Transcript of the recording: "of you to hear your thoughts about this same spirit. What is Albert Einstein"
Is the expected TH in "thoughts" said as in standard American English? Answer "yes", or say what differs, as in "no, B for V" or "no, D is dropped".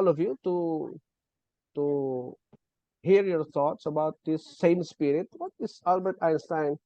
no, T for TH